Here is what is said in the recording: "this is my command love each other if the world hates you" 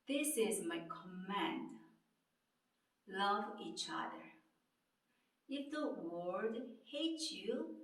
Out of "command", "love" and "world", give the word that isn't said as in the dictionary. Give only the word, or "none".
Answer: world